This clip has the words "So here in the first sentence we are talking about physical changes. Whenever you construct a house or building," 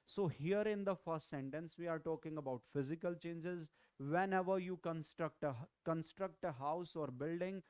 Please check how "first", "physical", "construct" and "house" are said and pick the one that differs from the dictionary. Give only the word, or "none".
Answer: none